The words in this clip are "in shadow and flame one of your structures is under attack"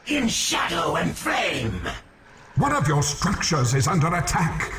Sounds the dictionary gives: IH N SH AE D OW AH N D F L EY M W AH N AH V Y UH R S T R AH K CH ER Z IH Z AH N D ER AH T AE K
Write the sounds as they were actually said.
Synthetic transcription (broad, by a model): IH N SH AE D OW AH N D F L EY M W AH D AH V Y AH R S T R AH K CH ER Z IH Z AH N D ER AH T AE K